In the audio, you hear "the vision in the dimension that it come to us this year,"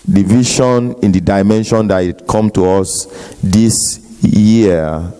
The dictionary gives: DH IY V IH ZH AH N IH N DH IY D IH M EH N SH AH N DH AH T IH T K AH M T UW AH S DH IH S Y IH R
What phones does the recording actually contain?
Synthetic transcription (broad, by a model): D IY V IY SH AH N IH N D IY D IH M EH N SH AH N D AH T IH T K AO M T UW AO S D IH S Y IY